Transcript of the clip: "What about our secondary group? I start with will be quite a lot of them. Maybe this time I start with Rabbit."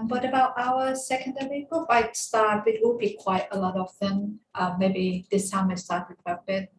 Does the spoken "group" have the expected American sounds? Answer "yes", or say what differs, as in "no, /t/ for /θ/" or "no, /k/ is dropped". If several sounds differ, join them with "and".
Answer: no, /f/ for /p/